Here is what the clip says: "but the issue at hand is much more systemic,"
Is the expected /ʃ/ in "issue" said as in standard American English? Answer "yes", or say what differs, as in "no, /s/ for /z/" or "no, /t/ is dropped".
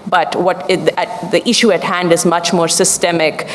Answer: yes